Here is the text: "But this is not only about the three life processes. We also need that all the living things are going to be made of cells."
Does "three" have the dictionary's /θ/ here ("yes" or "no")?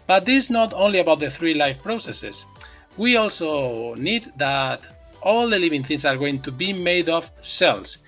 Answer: yes